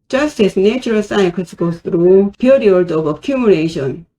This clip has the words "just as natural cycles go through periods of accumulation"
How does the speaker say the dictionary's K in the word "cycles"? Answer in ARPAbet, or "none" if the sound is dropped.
none